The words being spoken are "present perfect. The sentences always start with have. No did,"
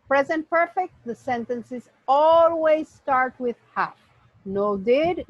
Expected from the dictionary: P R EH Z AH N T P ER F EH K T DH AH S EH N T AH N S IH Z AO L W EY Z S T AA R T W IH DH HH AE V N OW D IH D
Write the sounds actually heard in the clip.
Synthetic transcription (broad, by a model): P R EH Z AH N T P ER F EH K T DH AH S EH N T AH N S IH Z AO L W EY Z S T AA R T W IH DH HH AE F N OW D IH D